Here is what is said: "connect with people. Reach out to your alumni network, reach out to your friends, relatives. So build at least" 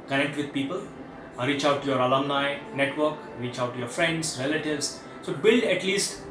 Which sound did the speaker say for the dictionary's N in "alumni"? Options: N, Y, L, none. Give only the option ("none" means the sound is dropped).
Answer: N